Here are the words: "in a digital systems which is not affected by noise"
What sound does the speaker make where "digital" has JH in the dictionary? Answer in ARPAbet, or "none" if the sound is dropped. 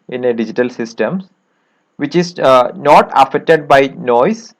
JH